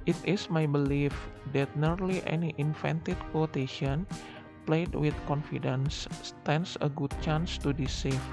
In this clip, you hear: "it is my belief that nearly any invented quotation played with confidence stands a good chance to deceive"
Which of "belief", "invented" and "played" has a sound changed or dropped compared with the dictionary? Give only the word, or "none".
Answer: invented